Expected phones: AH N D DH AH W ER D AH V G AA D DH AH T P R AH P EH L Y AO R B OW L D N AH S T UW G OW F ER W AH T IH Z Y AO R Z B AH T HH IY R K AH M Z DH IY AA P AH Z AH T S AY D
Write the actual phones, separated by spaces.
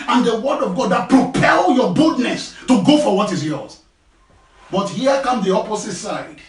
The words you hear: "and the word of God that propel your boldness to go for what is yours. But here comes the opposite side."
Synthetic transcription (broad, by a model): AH N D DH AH W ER D AH V G AA D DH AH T P R AH P EH L Y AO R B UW D N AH S T UW G OW F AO W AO T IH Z Y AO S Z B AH T HH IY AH K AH M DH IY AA P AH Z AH T S AY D